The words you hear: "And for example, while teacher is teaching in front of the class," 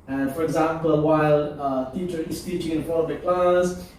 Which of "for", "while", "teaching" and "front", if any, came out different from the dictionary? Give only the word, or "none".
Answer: front